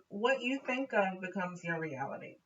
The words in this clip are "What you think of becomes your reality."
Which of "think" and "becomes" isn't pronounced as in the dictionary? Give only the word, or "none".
none